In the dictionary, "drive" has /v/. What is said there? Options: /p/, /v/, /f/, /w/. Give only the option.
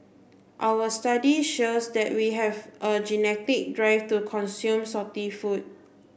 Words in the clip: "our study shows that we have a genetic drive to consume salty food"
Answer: /f/